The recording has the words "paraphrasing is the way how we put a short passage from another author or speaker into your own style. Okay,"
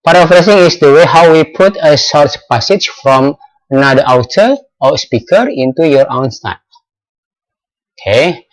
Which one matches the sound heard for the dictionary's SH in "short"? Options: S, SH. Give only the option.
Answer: S